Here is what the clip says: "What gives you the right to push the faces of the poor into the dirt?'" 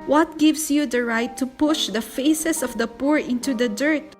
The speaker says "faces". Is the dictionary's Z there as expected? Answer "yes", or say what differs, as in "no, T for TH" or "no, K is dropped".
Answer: no, S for Z